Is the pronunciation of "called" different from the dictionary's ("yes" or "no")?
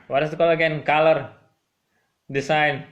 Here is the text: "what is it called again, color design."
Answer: yes